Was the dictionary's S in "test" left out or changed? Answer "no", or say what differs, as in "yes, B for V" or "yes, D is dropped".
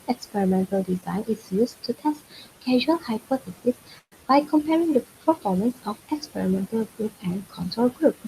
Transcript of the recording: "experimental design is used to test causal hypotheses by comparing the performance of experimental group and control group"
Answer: no